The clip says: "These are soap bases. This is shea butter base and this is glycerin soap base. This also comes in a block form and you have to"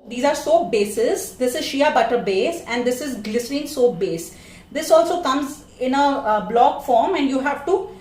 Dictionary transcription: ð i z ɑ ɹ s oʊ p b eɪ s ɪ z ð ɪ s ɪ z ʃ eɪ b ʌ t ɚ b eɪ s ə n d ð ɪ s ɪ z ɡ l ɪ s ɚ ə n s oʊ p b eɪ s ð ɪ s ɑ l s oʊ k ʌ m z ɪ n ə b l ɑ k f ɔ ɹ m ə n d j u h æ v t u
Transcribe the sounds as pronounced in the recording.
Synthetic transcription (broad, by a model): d i z ɑ ɹ s oʊ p b eɪ s ɪ z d ɪ s ɪ z ʃ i b ʌ t ɚ b eɪ s ə n d ɪ s ɪ z ɡ l ɪ s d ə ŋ s oʊ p b eɪ s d ɪ s ɑ l s oʊ k ʌ m z ɪ n ə b l ɑ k f ɔ ɹ m ə n d j u h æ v t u